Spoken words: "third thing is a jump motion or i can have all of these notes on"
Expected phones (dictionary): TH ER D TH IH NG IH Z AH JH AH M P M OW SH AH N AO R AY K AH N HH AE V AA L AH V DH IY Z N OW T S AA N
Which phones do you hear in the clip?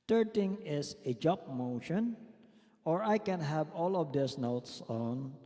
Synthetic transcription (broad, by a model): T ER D T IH NG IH S AH JH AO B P M OW SH AH N AO R AY K AH N HH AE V AA L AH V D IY S N OW T S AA N